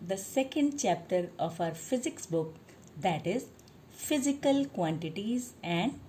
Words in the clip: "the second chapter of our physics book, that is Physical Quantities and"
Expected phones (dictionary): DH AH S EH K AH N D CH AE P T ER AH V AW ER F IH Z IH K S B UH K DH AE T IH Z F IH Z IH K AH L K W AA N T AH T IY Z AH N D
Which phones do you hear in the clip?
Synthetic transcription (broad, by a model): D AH S EH K AH N D CH AE P T ER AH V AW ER F IH Z IH K S B UH K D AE T IH Z F IH Z IH K AH L K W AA N T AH T IY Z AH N D